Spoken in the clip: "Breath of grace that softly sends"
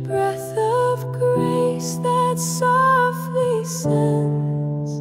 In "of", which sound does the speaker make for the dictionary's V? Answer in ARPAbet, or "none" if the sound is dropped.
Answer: V